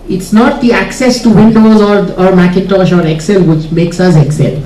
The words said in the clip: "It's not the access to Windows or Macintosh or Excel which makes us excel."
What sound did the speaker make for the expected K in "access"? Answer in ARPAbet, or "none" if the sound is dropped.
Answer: K